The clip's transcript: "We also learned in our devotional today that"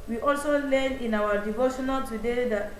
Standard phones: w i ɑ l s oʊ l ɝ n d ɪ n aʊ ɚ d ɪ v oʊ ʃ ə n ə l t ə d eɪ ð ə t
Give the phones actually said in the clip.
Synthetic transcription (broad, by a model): w i ɑ l s oʊ l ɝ n ɪ n aʊ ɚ d ɪ v oʊ ʃ ə n ə l t ə d eɪ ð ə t